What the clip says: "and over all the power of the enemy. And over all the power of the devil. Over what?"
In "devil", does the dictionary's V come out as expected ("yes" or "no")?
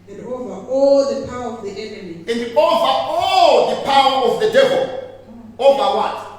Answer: yes